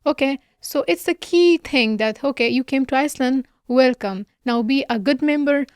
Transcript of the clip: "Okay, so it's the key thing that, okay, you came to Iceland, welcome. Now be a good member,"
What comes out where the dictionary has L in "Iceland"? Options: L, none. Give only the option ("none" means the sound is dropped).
L